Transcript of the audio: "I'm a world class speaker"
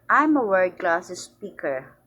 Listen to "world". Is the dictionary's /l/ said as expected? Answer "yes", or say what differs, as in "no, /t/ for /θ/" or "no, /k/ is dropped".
no, /l/ is dropped